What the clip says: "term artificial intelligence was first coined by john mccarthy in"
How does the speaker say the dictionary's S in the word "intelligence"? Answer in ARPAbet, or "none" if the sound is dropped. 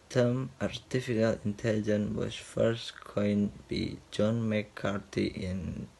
none